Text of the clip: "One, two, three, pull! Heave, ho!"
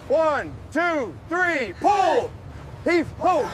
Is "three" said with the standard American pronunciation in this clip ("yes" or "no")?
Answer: yes